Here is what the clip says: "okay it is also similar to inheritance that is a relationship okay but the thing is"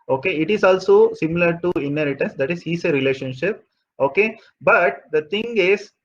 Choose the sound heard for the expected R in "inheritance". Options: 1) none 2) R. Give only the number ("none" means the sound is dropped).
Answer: 2